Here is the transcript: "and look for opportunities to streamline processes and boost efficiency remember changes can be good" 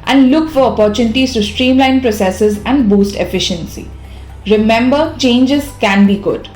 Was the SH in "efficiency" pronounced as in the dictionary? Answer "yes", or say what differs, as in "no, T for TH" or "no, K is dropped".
yes